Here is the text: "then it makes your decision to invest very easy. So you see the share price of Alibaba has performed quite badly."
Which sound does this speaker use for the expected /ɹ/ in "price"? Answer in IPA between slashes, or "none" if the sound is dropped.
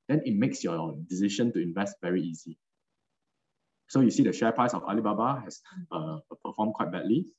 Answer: none